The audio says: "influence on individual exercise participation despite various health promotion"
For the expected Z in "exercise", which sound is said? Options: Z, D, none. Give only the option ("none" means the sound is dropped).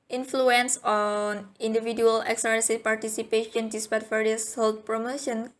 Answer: none